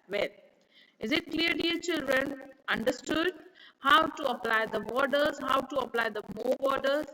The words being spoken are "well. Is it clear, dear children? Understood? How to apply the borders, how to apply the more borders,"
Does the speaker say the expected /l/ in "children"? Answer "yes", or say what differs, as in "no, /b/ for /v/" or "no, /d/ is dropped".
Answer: yes